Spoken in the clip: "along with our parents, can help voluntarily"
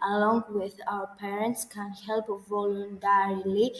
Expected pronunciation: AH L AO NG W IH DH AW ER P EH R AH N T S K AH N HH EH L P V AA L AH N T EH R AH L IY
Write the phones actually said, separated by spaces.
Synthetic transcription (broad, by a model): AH L AO NG W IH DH AW ER P EH R AH N T S K AH N HH EH L P V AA L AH N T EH R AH L IY